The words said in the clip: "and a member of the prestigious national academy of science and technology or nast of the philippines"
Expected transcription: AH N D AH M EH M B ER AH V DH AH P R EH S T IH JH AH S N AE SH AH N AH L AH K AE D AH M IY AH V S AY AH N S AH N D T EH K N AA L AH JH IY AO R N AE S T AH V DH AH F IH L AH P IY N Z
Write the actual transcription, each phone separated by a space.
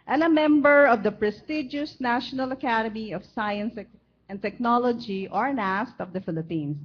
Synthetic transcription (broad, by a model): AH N AH M EH M B ER AH V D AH P R EH S T IH JH AH S N AE SH AH N AH L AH K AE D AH M IY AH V S AY AH N S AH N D T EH K N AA L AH JH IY AO R N AE S T AH V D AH F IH L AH P IY N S